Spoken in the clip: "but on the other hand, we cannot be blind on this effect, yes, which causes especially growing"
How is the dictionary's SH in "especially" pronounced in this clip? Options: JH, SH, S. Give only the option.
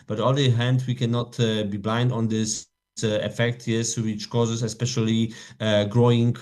SH